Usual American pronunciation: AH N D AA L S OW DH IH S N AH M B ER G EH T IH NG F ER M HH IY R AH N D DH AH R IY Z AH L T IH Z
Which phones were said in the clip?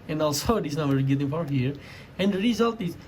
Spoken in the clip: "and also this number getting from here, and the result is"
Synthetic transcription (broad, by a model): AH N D AA L S OW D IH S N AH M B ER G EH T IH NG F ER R HH IY R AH N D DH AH R IY Z AH L T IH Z